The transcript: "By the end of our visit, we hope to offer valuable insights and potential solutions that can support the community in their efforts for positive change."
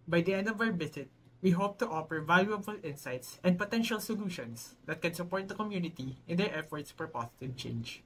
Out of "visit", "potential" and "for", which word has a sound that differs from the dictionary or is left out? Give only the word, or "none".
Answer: visit